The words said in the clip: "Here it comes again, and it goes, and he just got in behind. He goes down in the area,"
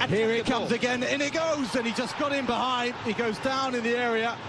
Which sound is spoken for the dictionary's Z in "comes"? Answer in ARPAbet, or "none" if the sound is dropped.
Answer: Z